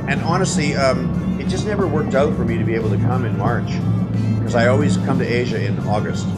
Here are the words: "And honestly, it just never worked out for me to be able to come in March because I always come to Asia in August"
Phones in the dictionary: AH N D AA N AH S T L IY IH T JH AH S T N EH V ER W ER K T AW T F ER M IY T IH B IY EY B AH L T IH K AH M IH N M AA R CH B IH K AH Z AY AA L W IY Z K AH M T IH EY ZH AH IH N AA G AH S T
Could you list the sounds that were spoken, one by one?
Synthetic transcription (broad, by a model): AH N AA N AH S T L IY IH T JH AH S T N EH V ER W ER K T AW T F ER M IY T IH B IY EY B L T IH K AH M IH N M AA R CH K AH Z AY AA L W IY Z K AH M T IH EY ZH AH IH N AA G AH S T